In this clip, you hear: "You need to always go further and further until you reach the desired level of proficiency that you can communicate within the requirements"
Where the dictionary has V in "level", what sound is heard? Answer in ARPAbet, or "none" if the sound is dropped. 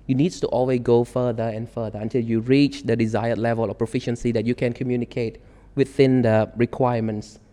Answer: V